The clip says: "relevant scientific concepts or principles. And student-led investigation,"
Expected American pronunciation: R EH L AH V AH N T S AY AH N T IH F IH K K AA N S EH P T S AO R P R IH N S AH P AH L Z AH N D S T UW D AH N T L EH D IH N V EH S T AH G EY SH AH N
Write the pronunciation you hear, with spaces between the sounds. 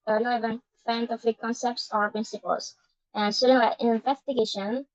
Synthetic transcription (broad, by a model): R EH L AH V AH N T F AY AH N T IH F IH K K AA N S EH P T S AO R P R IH N S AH P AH L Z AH N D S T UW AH T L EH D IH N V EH S T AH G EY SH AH N